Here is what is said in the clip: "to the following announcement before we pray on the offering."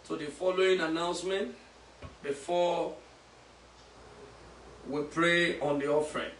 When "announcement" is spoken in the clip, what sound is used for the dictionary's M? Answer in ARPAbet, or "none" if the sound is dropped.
M